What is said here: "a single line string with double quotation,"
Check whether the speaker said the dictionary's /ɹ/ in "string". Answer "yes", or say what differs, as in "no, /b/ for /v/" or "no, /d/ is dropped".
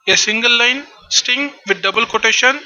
no, /ɹ/ is dropped